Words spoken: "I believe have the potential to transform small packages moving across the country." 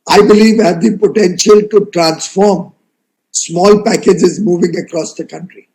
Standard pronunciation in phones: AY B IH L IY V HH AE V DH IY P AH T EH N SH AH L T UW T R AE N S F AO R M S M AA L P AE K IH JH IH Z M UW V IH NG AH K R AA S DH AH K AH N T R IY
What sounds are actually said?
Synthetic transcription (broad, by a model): AY B IH L IY V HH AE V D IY P AH T EH N SH AH L T UW T R AE N S F AO R M S M AA L P AE K IH JH IH Z M UW V IH NG AH K R AA S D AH K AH N T R IY